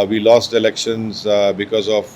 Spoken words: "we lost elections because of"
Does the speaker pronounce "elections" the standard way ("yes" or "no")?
yes